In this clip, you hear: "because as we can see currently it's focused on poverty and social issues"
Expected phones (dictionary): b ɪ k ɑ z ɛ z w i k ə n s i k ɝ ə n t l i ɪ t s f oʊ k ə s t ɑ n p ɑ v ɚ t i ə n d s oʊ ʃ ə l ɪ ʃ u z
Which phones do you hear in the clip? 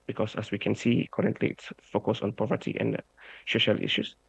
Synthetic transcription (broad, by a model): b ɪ k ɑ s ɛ s w i k ə n s i k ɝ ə n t l i ɪ t s f oʊ k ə s ɑ n p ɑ v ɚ t i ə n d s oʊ ʃ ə l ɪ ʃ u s